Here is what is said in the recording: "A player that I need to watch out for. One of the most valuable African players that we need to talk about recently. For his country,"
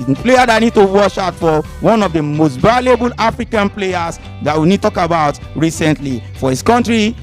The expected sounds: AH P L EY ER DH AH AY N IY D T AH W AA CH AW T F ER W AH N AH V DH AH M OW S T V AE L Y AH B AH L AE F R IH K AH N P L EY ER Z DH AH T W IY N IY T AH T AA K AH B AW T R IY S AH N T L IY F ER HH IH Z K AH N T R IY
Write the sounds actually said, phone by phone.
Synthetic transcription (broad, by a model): P L EY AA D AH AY N IY D T AH W AA SH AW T F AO W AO N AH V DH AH M OW S T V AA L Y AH B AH L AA F R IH K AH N P L EY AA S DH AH T W IY N IY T T AA K AH B AW T R IY S AH N T L IY F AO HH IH S K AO N T R IY